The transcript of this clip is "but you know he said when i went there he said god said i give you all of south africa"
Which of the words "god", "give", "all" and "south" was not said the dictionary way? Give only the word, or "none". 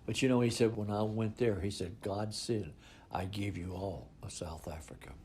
none